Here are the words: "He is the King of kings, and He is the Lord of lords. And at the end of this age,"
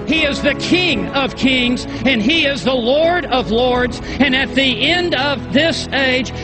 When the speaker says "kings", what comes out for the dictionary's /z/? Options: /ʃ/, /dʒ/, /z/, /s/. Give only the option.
/z/